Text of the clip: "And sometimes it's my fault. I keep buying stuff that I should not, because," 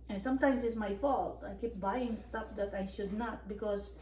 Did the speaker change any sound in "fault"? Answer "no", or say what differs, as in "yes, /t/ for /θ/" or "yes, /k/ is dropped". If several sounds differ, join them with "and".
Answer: no